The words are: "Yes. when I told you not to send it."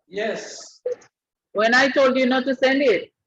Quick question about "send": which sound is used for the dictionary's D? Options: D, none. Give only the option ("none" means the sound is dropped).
D